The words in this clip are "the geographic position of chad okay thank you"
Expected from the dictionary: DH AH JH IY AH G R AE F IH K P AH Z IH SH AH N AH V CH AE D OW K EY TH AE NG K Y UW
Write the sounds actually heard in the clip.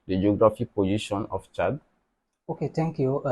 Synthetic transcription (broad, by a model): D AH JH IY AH G R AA F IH K P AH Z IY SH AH N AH F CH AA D OW K EY T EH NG K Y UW